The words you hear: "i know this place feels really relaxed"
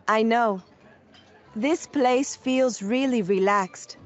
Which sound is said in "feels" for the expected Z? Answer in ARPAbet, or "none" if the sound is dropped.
Z